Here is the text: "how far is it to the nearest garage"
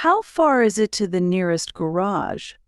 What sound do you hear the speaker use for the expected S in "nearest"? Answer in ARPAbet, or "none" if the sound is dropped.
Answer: S